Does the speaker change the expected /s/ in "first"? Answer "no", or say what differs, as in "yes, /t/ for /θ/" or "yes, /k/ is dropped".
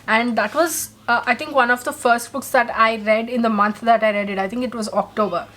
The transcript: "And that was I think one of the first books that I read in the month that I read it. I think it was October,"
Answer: no